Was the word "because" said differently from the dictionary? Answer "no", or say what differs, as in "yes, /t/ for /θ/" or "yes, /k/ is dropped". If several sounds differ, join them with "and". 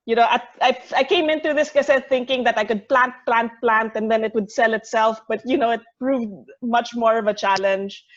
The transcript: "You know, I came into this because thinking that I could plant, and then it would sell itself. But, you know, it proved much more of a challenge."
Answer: yes, /z/ is dropped